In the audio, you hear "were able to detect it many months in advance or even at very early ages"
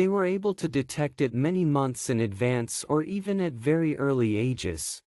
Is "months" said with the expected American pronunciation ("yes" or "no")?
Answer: yes